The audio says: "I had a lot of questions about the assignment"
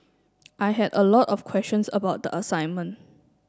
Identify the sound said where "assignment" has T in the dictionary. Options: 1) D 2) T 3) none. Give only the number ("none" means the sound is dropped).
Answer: 2